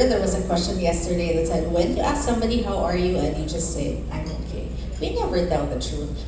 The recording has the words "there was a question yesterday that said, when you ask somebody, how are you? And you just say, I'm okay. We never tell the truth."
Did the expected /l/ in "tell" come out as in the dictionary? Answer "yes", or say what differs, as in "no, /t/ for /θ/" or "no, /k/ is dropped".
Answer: no, /n/ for /l/